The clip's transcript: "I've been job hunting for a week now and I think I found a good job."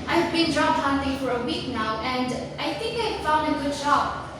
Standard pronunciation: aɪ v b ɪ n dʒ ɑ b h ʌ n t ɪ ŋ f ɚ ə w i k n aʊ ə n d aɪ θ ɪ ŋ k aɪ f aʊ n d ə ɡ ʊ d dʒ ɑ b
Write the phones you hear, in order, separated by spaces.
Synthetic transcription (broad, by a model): aɪ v b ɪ n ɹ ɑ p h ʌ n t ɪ f ɚ ə w i k n aʊ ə n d aɪ θ ɪ ŋ k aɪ f aʊ n d ə ɡ ʊ d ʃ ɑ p